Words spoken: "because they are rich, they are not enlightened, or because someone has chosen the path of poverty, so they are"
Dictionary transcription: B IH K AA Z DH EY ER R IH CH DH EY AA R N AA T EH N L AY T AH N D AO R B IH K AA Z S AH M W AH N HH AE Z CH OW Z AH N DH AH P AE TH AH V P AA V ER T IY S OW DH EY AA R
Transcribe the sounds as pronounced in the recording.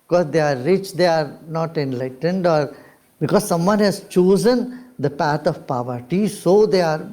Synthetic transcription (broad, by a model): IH K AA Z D EY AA R IH CH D EY AA R N AA T EH N L AY T AH N D AO R B IH K AA Z S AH M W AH N HH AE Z CH OW Z AH N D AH P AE T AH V P AA V ER T IY S OW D EY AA R